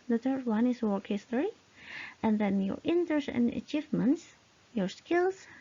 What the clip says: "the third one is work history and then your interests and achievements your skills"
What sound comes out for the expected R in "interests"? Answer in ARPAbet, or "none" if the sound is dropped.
none